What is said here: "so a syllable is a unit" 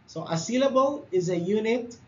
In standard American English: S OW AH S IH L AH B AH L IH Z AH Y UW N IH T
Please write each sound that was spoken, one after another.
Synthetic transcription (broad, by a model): S OW AH S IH L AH B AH L IH Z AH Y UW N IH T